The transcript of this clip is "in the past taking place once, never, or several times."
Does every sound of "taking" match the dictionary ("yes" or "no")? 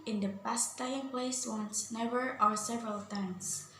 no